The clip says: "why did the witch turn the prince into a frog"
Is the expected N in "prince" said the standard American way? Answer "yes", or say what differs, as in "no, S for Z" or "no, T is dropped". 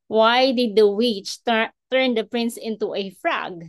yes